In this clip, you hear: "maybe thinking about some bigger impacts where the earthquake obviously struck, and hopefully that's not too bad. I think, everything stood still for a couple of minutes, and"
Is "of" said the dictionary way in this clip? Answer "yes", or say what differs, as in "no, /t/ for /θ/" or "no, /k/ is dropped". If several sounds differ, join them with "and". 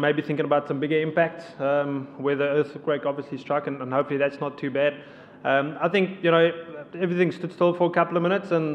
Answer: yes